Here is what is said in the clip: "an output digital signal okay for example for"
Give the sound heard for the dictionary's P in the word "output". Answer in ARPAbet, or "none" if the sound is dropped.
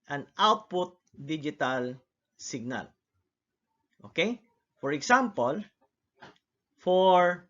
P